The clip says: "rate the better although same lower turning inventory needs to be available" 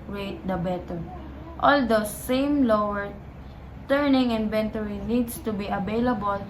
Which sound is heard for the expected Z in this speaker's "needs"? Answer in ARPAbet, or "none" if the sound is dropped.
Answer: S